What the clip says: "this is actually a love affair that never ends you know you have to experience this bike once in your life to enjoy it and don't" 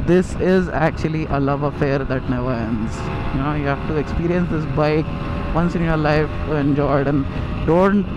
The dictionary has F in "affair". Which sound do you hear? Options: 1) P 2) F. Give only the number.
2